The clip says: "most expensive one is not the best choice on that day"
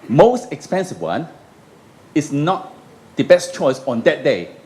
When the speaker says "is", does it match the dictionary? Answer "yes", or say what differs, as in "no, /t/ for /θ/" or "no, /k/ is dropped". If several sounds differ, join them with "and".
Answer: no, /s/ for /z/